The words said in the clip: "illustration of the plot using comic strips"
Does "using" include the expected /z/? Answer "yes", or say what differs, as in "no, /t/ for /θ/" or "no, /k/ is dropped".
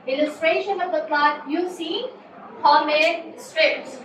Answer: no, /s/ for /z/